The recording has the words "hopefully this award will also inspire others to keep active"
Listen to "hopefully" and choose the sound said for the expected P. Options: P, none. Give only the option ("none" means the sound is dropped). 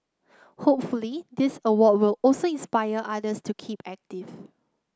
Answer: P